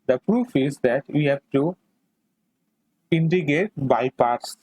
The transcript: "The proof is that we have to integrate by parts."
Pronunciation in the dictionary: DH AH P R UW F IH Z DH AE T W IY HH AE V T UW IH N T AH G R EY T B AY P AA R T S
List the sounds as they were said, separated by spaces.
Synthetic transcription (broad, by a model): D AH P R UW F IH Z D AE T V IY HH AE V T UW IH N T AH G EY T B AY P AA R T S